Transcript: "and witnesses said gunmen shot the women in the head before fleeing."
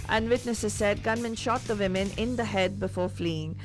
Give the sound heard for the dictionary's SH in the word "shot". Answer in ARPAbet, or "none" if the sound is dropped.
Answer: SH